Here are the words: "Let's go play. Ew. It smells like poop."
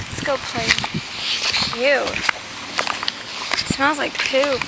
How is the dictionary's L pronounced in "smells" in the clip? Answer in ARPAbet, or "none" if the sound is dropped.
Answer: none